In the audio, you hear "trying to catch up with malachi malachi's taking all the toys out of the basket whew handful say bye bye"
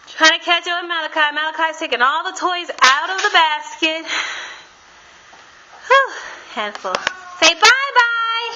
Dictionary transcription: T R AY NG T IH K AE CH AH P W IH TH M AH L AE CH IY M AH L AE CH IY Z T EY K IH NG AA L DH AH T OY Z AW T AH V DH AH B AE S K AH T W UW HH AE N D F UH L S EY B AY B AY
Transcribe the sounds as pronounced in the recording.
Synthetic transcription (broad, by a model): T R AY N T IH K AE CH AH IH M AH L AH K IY M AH L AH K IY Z T EY K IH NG AA L DH AH T OY Z AW T AH V DH AH B AE S K AH T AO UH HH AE N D F L S EY B AY B AY